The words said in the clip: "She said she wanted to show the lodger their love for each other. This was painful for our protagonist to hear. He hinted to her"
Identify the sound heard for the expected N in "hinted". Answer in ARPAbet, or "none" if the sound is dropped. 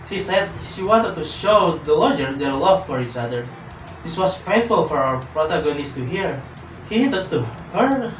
none